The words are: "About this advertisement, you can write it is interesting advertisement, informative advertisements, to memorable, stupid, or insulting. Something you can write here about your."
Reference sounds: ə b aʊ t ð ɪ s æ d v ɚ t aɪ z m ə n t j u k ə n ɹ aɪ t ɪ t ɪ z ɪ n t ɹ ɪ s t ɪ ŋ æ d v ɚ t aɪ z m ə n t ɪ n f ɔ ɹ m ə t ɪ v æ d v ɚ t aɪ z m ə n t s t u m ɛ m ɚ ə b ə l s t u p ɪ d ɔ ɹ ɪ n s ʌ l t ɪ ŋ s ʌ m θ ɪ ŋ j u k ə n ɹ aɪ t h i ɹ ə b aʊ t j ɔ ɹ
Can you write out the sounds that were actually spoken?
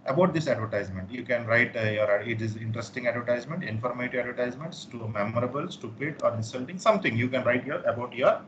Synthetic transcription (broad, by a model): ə b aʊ t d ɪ s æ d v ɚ t aɪ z m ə n t j u k ə n ɹ aɪ t ɪ t ɪ z ɪ n t ɹ ɪ s t ɪ ŋ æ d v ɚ t aɪ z m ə n t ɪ n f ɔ ɹ m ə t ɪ æ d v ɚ t aɪ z m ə n t s t u m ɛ m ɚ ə b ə l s t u p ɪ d ɔ ɹ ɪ n s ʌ l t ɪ ŋ s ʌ m t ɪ ŋ j u k ə n ɹ aɪ t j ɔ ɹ ə b aʊ t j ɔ ɹ